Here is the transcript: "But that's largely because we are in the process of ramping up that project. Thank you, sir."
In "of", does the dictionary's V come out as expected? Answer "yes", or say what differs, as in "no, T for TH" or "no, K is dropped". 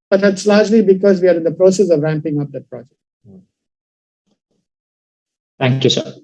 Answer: yes